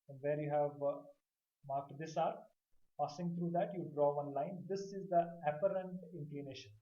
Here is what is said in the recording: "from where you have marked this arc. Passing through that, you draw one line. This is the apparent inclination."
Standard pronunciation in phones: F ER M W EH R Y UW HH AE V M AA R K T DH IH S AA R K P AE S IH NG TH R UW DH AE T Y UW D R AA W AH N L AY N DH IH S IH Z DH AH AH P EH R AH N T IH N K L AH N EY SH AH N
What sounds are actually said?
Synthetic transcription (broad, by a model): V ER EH R Y UW HH AE V M AA R K T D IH S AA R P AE S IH NG T R UW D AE T Y UW D R AA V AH N L AY N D IH S IH Z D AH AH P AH R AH N T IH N K L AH N EY SH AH N